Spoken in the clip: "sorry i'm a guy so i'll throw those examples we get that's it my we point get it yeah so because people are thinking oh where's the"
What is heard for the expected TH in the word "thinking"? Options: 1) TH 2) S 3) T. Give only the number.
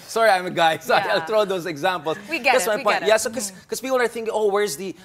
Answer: 1